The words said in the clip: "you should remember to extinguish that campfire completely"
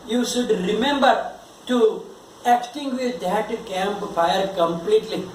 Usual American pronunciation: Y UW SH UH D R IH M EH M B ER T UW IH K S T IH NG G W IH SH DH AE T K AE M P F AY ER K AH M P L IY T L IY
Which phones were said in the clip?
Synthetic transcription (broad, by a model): Y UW SH UH D R IH M EH M B ER T UW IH K T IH NG G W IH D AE T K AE M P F AY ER K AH M P L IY T L IY